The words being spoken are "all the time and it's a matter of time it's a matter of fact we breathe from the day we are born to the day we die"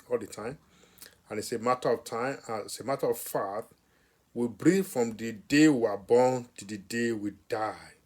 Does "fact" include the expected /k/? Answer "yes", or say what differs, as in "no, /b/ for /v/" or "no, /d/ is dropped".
no, /k/ is dropped